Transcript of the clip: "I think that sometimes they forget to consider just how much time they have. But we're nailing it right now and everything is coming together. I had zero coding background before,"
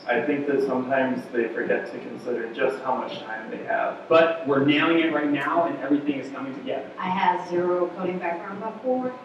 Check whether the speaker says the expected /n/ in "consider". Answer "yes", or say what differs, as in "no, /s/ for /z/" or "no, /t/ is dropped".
yes